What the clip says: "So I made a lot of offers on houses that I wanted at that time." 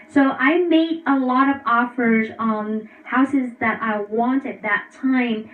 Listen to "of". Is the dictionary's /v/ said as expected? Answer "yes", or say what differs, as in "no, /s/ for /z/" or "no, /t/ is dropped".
yes